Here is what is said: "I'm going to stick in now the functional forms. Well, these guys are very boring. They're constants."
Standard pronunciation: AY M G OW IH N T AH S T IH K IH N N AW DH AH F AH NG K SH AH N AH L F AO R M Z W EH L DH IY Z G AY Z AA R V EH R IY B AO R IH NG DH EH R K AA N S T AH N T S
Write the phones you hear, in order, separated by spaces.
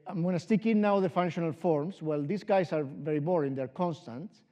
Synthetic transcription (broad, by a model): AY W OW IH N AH S T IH K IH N N AW DH AH F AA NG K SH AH N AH L F AO R M S W EH L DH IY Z G AY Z AA R V EH R IY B AO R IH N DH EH R K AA N S T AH N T